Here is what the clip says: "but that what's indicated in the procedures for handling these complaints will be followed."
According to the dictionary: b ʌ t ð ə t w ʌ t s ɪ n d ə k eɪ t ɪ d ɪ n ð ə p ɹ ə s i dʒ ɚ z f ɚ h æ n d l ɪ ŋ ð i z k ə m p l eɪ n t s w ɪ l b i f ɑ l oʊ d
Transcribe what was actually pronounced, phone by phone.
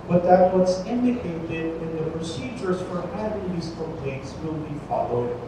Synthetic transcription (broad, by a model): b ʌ t ð ə t w ʌ t s ɪ n d ə k eɪ t ɪ d ɪ n ð ə p ɹ ə s i dʒ ɚ z f ɚ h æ d ɪ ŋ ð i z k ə p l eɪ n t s w ɪ l b i f ɑ l oʊ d